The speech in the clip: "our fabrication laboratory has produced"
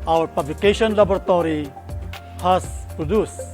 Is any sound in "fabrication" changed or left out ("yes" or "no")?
yes